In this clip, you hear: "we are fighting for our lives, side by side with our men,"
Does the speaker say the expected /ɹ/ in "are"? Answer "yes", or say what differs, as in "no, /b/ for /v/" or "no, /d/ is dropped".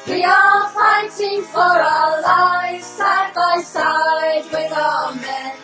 no, /l/ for /ɹ/